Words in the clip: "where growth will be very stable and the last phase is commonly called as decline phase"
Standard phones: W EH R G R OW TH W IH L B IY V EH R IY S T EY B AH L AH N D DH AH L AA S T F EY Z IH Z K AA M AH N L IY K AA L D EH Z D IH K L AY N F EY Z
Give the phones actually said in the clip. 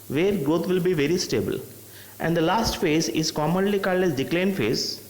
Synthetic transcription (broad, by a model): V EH R G R OW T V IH L B IY V EH R IY S T EY B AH L AH N D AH L AA S T F EY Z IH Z K AA M AH N L IY K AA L EH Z D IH K L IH N F EY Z